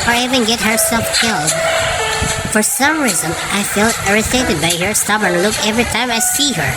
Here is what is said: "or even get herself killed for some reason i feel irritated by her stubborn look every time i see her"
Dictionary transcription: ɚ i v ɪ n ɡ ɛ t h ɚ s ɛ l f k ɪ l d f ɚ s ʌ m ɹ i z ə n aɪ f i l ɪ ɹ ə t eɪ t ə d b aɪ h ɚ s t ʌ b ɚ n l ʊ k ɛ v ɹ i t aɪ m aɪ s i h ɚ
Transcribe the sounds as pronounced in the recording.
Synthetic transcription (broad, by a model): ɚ i v ɪ n ɡ ɛ t h ɚ s ɛ l f k ɪ l d f ɚ s ʌ m ɹ i z ə n aɪ f i l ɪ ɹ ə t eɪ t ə d b aɪ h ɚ s t ʌ b ɚ n l ʊ k ɛ v ɹ i t aɪ m aɪ s i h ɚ